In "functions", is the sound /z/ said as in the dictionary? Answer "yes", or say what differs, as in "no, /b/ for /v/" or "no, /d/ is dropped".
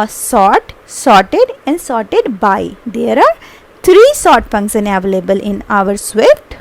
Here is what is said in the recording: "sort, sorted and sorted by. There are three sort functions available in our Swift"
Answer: no, /z/ is dropped